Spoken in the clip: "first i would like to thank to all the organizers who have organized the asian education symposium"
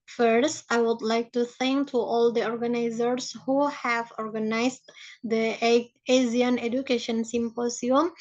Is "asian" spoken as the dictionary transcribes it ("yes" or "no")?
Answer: no